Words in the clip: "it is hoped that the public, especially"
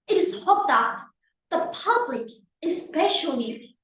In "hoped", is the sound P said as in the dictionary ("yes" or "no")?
no